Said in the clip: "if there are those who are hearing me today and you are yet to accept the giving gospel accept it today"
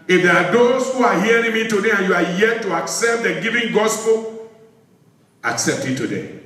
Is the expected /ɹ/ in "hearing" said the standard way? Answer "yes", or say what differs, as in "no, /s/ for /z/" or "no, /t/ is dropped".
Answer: yes